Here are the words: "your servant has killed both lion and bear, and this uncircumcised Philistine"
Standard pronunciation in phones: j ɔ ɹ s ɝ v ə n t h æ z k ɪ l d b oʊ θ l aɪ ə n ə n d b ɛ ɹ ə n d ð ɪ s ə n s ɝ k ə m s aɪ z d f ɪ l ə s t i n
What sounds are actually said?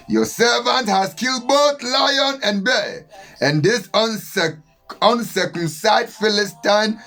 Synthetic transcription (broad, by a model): j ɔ s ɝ v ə n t h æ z k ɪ l d b oʊ θ l aɪ ə n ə n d b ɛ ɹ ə n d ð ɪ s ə n s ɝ k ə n s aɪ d f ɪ l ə s t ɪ n